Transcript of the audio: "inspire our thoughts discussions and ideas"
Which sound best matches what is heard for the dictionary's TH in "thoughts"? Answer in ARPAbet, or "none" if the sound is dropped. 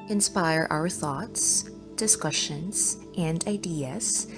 TH